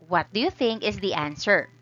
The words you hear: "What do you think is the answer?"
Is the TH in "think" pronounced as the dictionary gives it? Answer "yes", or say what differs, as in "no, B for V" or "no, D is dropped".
yes